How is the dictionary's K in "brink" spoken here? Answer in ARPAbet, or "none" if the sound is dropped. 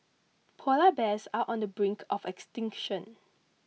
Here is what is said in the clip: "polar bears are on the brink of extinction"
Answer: K